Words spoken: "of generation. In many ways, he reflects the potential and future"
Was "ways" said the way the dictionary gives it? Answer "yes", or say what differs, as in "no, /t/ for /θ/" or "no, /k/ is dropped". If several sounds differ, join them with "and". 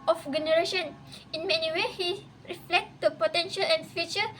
no, /z/ is dropped